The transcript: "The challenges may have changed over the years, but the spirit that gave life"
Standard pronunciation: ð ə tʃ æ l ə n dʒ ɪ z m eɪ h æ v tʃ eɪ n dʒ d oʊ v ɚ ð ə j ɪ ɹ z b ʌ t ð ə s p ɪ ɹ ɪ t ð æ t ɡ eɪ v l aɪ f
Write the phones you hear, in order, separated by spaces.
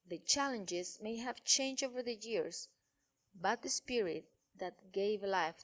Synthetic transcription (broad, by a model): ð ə tʃ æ l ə n dʒ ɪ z m eɪ h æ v tʃ eɪ n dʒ oʊ v ɚ ð ə j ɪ ɹ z b ʌ t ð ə s p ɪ ɹ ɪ t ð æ t ɡ eɪ v l aɪ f